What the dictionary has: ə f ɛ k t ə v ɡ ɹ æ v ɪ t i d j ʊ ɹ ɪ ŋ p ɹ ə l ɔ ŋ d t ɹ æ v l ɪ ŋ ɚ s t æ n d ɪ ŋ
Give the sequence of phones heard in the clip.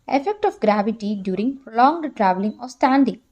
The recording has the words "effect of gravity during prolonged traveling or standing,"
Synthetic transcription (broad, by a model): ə f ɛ k t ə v ɡ ɹ æ v ɪ t i d j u ɹ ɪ ŋ p ɹ ə l ɔ ŋ d t ɹ æ v l ɪ ŋ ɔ s t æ n d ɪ ŋ